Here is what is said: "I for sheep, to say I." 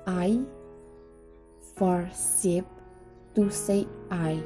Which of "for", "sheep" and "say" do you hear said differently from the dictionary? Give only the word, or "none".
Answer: sheep